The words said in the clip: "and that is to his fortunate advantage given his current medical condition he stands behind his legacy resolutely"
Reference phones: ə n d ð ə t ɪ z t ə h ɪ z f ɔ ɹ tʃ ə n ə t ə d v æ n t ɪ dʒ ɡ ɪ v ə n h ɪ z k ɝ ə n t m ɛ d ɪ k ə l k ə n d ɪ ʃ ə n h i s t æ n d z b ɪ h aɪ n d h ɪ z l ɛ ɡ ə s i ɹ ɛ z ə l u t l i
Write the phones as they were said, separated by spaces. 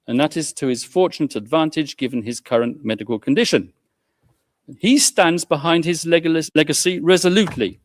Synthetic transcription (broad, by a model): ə n ð ə t ɪ z t ə ɪ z f ɔ ɹ tʃ ə n ə t ə d v æ n t ɪ dʒ ɡ ɪ v ə n ɪ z k ɝ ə n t m ɛ d ɪ k ə l k ə n d ɪ ʃ ə n i s t æ n d z b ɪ h aɪ n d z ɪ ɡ l ɛ ɡ ə s i ɹ ɛ z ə l u t l i